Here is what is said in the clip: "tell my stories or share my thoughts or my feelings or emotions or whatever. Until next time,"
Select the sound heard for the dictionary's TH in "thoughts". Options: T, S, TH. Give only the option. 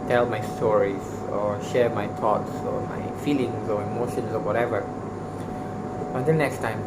T